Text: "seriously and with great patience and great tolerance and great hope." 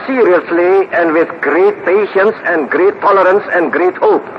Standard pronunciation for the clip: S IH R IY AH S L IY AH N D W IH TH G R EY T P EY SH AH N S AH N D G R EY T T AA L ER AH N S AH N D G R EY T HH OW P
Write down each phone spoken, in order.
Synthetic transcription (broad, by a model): S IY R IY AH S L IY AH N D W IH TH G R EY T P EY SH AH N S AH N G R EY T T AA L ER AH N S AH N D G R EY T HH OW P